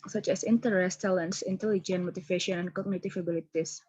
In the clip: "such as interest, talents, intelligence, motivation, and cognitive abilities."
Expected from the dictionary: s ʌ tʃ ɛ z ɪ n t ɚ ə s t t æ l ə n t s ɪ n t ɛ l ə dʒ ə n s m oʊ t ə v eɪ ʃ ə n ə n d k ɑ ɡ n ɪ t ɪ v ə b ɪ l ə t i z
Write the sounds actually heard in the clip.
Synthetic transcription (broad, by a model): s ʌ tʃ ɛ s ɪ n t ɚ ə s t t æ l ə n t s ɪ n t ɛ l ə dʒ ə n m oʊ t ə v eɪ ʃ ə n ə n k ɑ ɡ n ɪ t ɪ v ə b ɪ l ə t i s